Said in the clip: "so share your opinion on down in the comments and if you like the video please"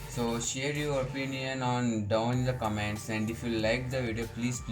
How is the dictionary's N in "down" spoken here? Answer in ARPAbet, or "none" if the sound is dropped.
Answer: none